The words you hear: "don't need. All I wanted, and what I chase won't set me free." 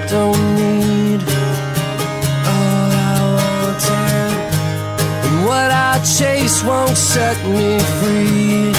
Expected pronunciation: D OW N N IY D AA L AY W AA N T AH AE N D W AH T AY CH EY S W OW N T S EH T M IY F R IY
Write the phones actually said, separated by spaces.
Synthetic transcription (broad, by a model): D OW N N IY D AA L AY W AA T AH W AH T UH CH EY S W OW N T S EH T M IY F R IY